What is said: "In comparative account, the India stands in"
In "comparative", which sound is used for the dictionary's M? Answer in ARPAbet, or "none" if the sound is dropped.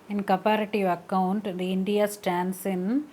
none